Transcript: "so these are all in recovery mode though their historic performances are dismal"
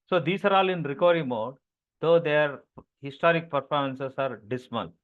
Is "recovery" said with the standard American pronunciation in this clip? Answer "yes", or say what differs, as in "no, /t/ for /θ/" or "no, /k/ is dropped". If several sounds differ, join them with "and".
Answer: no, /v/ is dropped